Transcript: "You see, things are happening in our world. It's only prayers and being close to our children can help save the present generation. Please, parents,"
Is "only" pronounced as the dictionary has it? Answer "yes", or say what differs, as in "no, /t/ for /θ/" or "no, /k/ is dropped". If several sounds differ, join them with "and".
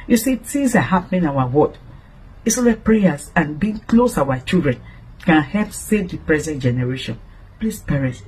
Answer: no, /n/ is dropped